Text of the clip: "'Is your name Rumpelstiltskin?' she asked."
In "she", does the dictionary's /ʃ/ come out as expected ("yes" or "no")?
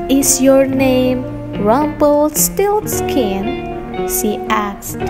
no